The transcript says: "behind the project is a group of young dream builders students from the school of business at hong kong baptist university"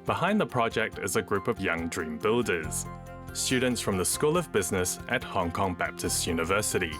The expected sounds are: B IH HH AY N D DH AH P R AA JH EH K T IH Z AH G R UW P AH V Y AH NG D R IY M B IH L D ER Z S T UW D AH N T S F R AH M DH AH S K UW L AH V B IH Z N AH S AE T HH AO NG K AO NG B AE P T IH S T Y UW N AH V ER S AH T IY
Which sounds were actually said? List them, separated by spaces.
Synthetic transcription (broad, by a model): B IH HH AY N DH AH P R AA JH EH K T IH Z AH G R UW P AH V Y AH NG D R IY M B IH L D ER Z S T UW D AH N T S F R AH M DH AH S K UW L AH V B IH Z N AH S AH T HH AO NG K AO NG B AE P T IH S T Y UW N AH V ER S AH T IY